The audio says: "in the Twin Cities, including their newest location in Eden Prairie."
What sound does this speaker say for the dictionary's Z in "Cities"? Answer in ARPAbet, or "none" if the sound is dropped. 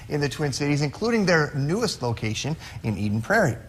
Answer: Z